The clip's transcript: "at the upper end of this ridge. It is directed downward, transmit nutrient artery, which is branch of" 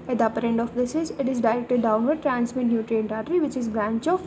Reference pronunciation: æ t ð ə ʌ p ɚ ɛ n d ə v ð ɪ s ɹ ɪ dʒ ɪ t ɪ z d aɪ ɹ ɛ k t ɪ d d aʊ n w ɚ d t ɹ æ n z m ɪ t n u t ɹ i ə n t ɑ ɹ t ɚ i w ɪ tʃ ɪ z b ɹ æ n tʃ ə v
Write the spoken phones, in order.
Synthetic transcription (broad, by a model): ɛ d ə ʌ p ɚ ɛ n d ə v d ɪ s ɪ z ɪ t ɪ z d aɪ ɹ ɛ k t ɪ d d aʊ n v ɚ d t ɹ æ n s m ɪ t n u t ɹ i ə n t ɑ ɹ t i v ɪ tʃ ɪ z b ɹ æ n tʃ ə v